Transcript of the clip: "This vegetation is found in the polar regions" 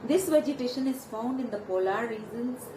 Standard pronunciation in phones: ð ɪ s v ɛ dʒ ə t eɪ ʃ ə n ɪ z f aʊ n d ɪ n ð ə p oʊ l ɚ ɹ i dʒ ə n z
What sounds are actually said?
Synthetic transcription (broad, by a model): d ɪ s v ɛ dʒ ə t eɪ ʃ ə n ɪ z f aʊ n d ɪ n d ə p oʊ l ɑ ɹ i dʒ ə n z